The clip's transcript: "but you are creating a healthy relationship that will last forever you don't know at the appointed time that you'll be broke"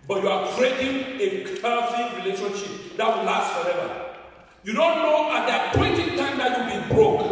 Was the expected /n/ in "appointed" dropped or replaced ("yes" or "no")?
yes